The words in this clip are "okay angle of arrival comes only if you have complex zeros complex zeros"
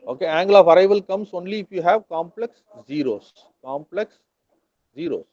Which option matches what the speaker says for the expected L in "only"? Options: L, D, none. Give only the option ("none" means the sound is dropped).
L